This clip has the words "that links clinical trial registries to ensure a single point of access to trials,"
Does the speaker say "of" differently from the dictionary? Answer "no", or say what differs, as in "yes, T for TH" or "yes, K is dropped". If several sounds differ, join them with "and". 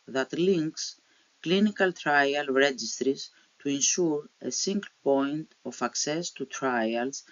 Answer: yes, F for V